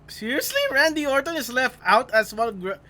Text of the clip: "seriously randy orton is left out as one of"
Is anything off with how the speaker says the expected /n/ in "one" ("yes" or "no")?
yes